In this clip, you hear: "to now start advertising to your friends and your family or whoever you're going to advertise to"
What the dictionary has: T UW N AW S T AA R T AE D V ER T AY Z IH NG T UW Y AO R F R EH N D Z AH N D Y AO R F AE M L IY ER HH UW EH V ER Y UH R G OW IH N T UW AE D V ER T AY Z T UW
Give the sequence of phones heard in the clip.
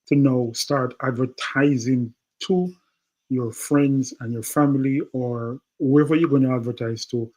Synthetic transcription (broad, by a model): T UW N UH S T AA R T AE D V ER T AY Z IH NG T UW Y AO R F R EH N D Z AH N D Y AO R F AE M L IY ER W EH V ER Y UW G OW IH N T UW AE D V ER T AY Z T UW